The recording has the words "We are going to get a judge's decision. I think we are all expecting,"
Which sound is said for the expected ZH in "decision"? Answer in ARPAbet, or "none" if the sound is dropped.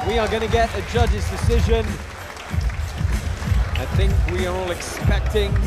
ZH